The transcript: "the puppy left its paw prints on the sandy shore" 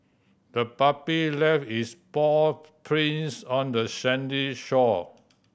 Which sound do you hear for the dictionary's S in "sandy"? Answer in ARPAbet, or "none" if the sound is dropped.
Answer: SH